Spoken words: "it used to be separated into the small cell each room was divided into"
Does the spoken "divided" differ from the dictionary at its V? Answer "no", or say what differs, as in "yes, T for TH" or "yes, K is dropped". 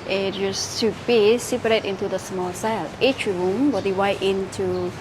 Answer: yes, W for V